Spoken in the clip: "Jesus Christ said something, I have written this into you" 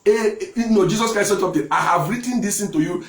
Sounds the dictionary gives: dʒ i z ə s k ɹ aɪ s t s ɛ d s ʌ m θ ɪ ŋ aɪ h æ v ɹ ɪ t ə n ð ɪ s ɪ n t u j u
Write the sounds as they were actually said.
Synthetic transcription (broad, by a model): dʒ i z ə s k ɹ aɪ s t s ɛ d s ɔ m t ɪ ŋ aɪ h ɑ v ɹ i t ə n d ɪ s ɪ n t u j u